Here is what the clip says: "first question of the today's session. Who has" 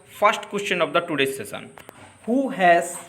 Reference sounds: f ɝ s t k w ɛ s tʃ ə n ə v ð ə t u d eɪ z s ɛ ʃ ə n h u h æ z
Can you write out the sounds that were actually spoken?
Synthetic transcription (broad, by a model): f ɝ s t k w ɛ s tʃ ə n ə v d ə t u d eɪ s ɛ s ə n h u h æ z